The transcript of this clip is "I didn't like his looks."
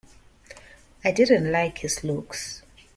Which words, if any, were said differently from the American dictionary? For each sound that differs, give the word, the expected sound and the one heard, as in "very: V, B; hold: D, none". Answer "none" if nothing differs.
his: Z, S